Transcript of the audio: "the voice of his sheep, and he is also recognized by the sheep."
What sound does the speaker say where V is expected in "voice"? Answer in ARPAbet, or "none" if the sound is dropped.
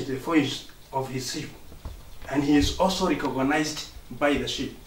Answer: F